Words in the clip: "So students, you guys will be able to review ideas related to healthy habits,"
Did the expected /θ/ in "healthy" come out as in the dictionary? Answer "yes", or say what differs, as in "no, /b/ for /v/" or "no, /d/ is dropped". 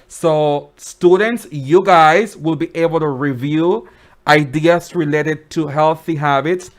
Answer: yes